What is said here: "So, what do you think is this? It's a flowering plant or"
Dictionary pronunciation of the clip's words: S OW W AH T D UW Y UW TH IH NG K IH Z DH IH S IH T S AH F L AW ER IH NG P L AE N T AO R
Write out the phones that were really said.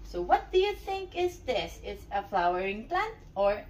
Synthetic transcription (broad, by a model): S OW W AH T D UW Y UW TH IH NG K IH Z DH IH S IH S AH F L AW ER IH NG P L AE N T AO R